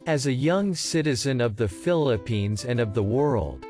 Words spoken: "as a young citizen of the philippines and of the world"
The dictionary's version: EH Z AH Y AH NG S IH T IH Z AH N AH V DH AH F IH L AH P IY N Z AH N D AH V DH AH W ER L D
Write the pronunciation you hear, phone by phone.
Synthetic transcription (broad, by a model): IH Z AH Y AH NG S IH T IH Z AH N AH V DH AH F IH L AH P IY N Z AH N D AH V DH AH W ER L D